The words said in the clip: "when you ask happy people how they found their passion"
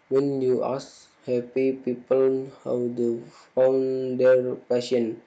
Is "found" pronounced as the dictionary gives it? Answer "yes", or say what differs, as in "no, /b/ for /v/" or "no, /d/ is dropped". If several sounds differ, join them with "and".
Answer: yes